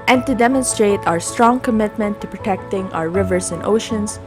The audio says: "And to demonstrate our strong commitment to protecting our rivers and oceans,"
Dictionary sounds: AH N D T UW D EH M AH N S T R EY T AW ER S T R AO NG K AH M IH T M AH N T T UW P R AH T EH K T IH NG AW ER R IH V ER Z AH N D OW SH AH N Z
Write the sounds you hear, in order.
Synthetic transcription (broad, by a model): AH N T UW D EH M AH N S T R EY T AW ER S T R AO NG K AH M IH T M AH N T T UW P R AH T EH K T IH NG AW ER R IH V ER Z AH N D OW SH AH N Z